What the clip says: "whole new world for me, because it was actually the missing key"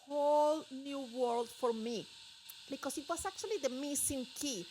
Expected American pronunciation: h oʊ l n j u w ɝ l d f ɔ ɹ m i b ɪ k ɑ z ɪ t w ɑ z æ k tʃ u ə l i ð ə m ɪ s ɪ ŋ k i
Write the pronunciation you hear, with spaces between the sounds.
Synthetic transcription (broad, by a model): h oʊ l n j u w ɝ l d f ɔ ɹ m i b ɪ k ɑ s ɪ t w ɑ s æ k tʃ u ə l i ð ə m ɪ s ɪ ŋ k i